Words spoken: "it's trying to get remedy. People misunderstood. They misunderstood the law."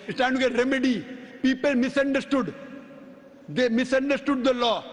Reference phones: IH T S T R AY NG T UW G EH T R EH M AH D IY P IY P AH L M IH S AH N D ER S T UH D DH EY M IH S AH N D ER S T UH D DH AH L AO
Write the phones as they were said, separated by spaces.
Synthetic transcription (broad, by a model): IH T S T AY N T UW G EH T R EH M AH D IY P IY P AH L M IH S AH N D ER S T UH D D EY M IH S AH N D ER S T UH D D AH L AO